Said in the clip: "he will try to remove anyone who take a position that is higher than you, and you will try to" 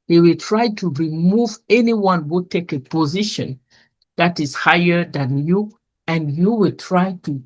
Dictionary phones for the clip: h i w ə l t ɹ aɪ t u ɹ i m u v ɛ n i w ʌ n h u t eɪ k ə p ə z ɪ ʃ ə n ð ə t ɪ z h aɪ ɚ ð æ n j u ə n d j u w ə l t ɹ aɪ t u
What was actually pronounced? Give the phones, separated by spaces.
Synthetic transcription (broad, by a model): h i w ə l t ɹ aɪ t u ɹ i m u v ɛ n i w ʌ n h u t eɪ k ə p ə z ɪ ʃ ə n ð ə t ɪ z h aɪ ɚ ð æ n j u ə n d j u w ə l t ɹ aɪ t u